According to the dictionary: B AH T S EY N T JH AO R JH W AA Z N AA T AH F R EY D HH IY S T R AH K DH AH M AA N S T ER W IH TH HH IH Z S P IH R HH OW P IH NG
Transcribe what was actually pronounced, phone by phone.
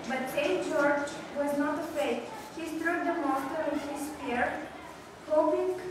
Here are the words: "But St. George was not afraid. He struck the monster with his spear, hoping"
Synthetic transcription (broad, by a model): B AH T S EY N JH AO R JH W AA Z N AA T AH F EY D HH IY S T R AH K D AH M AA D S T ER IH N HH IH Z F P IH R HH OW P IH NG